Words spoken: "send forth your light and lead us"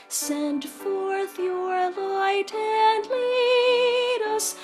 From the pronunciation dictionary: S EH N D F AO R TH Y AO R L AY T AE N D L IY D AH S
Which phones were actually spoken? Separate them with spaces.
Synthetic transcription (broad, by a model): S EH N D F AO R TH Y AO R L AY T AE N D L IY D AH S